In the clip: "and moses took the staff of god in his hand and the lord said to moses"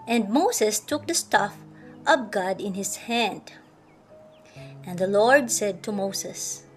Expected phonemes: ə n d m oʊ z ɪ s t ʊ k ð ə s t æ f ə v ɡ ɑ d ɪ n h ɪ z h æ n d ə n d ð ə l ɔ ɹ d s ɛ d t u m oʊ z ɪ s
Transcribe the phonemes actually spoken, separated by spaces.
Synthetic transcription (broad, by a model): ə n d m oʊ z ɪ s t ʊ k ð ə s t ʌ f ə p ɡ ɑ d ɪ n h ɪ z h æ n d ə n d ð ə l ɔ ɹ d s ɛ d t u m oʊ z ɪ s